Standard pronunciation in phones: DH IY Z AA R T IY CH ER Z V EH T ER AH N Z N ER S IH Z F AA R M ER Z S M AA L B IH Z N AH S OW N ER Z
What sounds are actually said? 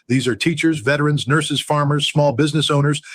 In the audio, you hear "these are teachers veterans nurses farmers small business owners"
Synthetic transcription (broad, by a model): DH IY Z AA R T IY CH ER Z V EH T ER AH N Z N ER S IH Z F AA R M ER Z S M AA L B IH Z N AH S OW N ER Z